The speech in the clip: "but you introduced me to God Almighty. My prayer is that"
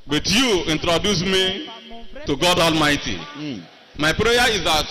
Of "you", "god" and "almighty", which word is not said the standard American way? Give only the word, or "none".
none